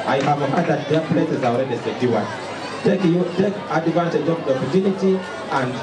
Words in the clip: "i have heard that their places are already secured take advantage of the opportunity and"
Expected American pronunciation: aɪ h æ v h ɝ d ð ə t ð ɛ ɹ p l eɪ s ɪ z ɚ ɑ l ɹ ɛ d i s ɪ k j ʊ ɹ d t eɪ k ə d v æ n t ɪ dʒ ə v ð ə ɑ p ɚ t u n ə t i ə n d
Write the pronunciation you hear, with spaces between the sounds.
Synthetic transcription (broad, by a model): aɪ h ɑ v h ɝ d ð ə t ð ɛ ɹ p l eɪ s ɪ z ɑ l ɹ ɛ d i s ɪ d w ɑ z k t eɪ k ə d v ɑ n s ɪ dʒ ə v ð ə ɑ p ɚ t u n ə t i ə n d